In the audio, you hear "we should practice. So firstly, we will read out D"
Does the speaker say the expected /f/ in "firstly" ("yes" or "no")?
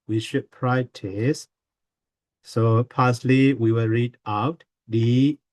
no